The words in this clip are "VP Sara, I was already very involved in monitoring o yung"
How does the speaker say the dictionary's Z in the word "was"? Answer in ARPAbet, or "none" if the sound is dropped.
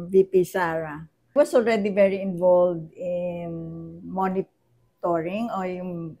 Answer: S